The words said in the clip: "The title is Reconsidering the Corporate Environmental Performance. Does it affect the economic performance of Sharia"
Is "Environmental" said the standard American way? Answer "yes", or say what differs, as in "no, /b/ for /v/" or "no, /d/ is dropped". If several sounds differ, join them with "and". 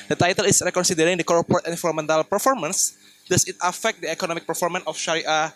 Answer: no, /f/ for /v/ and /n/ is dropped